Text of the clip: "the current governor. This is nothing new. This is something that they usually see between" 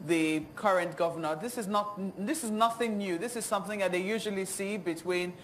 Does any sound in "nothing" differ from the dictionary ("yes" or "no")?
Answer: no